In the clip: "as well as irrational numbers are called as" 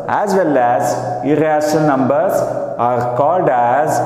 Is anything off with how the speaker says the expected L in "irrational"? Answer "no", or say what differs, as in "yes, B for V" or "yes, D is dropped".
yes, N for L